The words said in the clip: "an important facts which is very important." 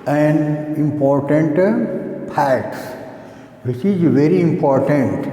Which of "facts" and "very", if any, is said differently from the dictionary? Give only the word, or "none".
facts